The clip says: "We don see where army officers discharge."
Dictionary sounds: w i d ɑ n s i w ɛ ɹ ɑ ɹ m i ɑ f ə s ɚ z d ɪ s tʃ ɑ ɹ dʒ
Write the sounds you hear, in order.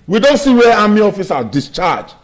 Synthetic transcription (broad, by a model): w i d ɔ n s i w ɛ ɑ m i ɑ f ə s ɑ d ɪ s tʃ ɑ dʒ